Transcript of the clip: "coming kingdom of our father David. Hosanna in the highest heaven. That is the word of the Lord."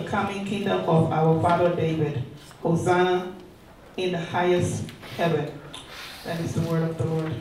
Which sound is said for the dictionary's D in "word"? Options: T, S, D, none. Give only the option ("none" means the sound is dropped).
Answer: D